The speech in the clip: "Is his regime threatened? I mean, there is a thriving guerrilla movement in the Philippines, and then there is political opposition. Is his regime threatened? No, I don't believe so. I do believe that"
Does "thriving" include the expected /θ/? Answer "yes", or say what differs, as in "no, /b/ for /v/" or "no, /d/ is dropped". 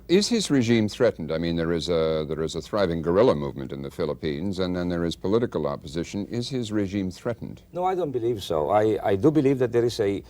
yes